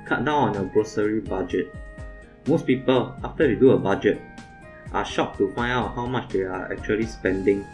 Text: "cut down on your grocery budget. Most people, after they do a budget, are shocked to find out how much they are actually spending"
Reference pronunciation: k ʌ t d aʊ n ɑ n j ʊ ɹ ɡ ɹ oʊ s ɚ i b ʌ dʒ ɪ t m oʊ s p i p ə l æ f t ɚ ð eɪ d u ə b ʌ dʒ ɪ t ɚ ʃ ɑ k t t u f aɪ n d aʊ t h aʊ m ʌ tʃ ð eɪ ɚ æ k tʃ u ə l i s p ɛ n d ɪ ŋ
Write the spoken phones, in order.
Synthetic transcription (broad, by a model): k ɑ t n aʊ ɑ n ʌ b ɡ ɹ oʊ s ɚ i b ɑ dʒ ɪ t m oʊ s p i p ə l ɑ f t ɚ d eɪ d u ə b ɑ dʒ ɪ t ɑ ʃ ɑ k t t u f aɪ n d aʊ t h aʊ m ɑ tʃ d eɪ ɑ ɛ k tʃ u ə l i s p ɛ n d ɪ ŋ